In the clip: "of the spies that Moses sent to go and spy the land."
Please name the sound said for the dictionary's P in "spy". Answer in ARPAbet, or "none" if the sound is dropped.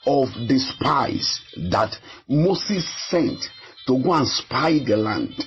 P